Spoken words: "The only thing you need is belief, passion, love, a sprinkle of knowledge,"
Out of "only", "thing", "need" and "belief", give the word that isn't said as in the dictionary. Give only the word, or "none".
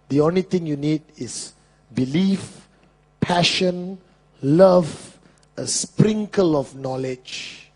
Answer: thing